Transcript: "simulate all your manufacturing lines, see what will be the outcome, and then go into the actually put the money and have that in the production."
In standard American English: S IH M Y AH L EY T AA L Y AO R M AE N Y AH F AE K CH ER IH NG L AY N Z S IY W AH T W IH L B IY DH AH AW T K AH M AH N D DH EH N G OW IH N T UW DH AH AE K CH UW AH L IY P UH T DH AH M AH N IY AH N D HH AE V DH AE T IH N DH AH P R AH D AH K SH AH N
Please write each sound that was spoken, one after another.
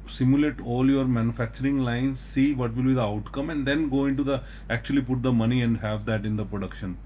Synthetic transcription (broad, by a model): S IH M Y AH L EY T AA L Y AO R M AE N Y AH F AE K CH ER IH NG L AY N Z S IY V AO T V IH L B IY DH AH AW T K AH M AH N D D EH N G OW IH N T UW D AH AE K CH UW AH L IY P UH T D AH M AH N IY AH N D HH AE V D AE T IH N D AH P R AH D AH K SH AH N